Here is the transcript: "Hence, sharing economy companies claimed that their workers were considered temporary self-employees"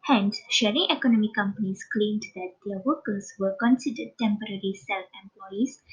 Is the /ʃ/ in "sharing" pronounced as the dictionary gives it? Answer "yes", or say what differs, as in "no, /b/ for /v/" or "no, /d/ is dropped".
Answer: yes